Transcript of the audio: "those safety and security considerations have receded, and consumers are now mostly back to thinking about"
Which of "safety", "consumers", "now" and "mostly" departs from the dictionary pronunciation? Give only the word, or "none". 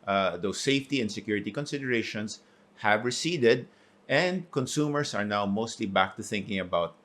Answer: consumers